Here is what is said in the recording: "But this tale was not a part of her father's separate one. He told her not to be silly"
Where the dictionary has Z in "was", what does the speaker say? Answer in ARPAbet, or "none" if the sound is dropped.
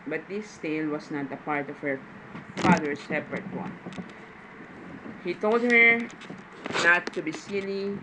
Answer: S